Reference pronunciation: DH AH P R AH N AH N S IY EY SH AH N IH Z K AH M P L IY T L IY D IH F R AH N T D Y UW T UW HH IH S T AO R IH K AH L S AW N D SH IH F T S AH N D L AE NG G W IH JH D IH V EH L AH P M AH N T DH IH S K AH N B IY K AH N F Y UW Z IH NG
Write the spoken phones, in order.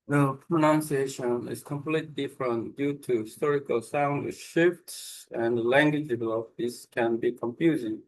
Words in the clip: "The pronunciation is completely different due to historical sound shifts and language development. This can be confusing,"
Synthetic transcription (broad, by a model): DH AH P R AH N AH N S IY EY SH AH N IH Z K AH M P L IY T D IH F R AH N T D Y UW T UW HH IH S T AO R IH K AH L S AW N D SH IH F T S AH N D L AE NG G W IH JH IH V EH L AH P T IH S K AH N B IY K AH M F Y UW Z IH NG